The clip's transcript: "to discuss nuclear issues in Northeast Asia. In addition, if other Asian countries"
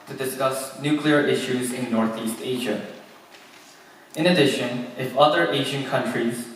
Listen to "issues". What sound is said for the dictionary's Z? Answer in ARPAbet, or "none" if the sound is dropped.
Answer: Z